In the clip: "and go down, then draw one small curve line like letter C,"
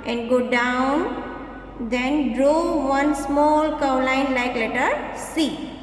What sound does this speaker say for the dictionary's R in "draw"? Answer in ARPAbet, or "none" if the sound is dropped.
R